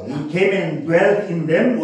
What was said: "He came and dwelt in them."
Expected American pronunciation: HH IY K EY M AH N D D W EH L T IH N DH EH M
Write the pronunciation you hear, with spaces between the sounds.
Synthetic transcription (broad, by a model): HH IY K EY M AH N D D W EH L T IH N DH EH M